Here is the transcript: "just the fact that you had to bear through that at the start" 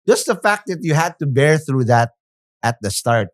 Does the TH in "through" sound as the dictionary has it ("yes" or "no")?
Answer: yes